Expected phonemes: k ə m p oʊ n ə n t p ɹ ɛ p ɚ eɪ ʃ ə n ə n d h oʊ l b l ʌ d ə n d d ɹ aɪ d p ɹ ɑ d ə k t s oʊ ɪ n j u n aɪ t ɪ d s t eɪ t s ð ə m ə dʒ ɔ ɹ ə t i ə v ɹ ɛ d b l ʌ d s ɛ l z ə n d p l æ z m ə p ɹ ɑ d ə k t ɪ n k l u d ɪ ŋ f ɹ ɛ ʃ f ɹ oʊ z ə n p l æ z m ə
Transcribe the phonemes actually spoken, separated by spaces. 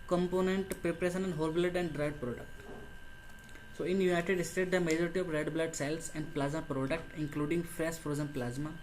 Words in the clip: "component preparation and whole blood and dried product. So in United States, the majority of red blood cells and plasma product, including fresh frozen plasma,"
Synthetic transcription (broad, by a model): k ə m p oʊ n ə n t p ɹ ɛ p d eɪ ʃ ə n ə n d h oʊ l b l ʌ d ə n d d ɹ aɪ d p ɹ ɑ d ə k t s oʊ ɪ n j u n aɪ t ɪ d s t eɪ t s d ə m ə dʒ ɔ ɹ ə t i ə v ɹ ɛ d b l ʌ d s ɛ l s ə n d p l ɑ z m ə p ɹ ɑ d ə k t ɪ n k l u d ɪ ŋ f ɹ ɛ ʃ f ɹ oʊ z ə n p l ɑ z m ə